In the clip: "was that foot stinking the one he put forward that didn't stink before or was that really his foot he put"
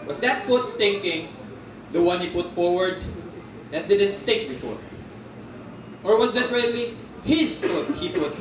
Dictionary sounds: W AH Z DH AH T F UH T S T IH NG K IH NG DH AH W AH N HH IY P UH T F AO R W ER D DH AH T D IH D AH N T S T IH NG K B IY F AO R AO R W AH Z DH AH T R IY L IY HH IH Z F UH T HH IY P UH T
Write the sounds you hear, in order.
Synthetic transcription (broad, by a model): W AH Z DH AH T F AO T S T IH NG K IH NG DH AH W AH N HH IY P UH T F AO R W ER D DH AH T D IH D AH N T S T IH K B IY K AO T AO R W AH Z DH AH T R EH L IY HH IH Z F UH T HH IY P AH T